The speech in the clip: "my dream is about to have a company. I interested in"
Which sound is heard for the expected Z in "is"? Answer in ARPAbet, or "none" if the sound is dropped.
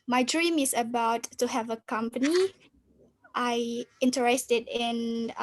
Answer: S